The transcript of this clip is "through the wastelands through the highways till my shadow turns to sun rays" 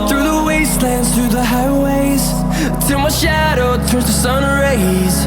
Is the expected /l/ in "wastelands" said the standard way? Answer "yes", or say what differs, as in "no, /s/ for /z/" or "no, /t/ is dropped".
yes